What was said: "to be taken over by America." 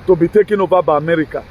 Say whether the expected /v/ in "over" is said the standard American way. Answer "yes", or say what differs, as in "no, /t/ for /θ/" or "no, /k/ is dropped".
no, /b/ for /v/